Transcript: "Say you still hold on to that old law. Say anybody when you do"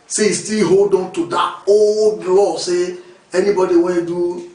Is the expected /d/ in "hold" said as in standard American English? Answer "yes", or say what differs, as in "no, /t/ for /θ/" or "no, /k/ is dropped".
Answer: yes